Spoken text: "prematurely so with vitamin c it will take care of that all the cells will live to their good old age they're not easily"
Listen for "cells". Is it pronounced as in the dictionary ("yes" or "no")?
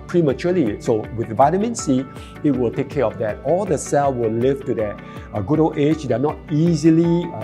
no